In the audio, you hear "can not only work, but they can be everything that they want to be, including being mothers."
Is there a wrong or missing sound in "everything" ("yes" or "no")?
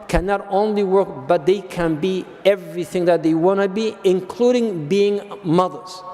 no